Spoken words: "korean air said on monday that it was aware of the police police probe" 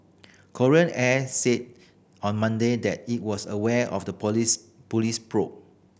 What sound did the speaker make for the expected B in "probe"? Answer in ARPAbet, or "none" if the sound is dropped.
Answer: none